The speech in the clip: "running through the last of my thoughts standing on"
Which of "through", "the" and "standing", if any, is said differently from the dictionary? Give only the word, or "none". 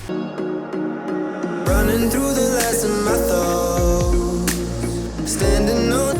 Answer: none